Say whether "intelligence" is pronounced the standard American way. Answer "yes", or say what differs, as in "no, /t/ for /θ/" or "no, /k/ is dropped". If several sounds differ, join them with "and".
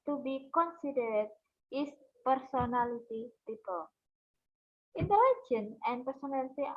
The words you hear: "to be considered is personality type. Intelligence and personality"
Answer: no, /s/ is dropped